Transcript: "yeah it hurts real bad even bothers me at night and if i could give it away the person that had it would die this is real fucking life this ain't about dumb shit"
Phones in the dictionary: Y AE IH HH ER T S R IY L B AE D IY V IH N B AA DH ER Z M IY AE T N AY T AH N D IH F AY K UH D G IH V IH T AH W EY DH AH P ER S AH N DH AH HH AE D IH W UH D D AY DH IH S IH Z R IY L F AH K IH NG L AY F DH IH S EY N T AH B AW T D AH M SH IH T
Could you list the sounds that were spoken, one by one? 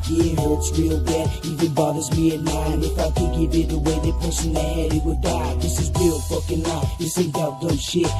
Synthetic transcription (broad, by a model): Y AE IH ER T S R IY L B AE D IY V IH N B AA DH ER Z M IY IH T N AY AH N IH F AY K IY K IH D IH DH AH W EY DH AH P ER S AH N DH AH HH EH D IH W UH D D AY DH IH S IH Z R IY L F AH K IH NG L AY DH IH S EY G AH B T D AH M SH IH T